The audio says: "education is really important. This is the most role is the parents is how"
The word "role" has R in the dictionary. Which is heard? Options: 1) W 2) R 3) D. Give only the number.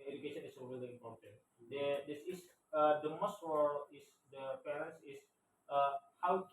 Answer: 1